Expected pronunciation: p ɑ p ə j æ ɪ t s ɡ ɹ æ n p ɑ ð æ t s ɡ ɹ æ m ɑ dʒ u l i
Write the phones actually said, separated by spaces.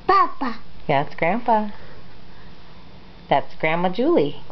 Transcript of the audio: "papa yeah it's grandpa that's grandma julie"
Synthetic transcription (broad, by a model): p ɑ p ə j æ ɪ t s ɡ ɹ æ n f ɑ ð æ t s ɡ ɹ æ m ɑ dʒ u l i